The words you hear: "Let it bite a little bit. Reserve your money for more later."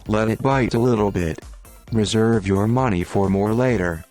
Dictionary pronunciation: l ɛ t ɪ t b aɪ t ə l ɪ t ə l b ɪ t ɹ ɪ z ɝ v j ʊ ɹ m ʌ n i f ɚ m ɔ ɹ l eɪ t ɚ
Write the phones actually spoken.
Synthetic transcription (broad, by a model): l ɛ t ɪ t b aɪ t ə l ɪ t l b ɪ t ɹ ɪ z ɝ v j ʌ ɹ m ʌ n i f ɚ m ɔ ɹ l eɪ t ɚ